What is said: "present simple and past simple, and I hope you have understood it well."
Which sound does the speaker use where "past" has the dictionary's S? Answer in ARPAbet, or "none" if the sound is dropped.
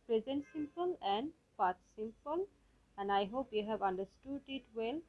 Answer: none